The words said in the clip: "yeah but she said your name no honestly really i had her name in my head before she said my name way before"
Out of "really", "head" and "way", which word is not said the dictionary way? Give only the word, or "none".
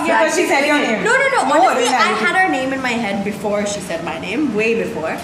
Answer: really